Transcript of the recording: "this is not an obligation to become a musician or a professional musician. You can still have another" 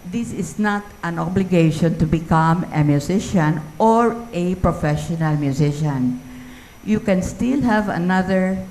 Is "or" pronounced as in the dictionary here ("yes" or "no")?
yes